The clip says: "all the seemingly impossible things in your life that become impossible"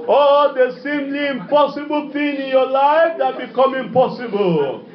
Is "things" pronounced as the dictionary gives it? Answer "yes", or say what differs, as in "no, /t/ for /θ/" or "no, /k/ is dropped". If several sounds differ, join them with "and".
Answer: no, /z/ is dropped